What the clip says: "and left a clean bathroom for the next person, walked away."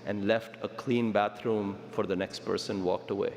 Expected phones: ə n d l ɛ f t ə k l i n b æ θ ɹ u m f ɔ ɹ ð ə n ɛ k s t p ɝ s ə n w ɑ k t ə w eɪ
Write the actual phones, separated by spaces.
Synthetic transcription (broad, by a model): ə n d l ɛ f t ə k l i n b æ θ ɹ u m f ɔ ɹ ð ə n ɛ k s t p ɝ s ə n w ɑ k t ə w eɪ